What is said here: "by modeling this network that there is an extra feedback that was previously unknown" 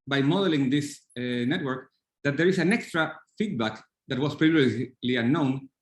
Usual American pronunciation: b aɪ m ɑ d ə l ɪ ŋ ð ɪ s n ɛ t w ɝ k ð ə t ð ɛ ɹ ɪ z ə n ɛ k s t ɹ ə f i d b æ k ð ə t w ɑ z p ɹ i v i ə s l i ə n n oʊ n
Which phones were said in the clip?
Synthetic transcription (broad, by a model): b aɪ m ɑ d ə l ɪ ŋ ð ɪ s n ɛ t w ɝ k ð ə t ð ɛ ɹ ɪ s ə n ɛ k s t ɹ ə f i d b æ k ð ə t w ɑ s p ɹ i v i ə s l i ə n n oʊ n